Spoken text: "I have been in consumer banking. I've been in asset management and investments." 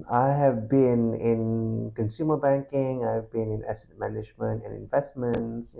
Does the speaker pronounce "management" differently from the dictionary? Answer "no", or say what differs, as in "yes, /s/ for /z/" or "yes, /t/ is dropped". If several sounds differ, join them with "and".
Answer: no